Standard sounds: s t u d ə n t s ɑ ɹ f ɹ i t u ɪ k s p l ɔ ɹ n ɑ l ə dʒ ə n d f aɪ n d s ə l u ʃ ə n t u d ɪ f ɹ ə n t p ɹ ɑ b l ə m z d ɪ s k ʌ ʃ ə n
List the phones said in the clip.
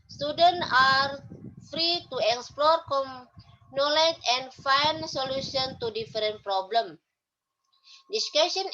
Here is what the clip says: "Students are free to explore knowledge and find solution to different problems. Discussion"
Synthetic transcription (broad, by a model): s t u d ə n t ɑ ɹ f ɹ i t u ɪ k s p l ɔ ɹ n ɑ l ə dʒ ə n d f aɪ n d s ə l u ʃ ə n t u d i f ɹ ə n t p ɹ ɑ b l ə m d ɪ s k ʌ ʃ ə n